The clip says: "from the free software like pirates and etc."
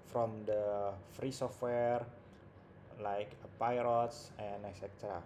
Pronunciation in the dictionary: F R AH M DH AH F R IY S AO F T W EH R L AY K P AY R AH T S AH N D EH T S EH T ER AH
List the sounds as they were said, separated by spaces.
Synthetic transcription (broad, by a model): F R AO M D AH F R IY S AO F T W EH R L AY K P AY R AH T S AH N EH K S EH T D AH